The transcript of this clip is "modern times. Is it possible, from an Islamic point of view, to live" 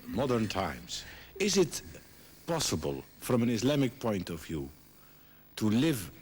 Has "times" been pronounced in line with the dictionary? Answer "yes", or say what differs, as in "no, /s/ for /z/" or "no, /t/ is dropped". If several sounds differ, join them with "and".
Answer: yes